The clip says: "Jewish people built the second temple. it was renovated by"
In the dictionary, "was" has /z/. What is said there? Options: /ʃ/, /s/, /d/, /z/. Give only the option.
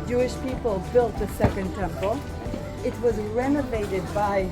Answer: /z/